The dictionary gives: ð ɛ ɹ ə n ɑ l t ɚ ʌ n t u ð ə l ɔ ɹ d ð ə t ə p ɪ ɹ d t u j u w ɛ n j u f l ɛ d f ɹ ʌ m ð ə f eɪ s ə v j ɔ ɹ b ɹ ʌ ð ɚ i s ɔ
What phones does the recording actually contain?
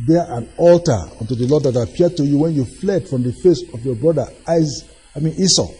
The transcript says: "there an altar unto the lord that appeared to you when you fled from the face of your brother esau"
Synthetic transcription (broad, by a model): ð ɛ ə n ɑ l t ɚ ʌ n t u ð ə l ɔ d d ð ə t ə p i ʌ d t u j u w ɛ n j u f l ɛ d f ɹ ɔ m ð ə f eɪ s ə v j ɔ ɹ b ɹ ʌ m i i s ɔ